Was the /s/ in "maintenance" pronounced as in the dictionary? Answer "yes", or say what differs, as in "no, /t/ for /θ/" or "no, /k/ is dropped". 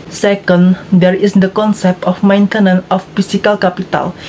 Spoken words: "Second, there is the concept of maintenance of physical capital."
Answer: no, /s/ is dropped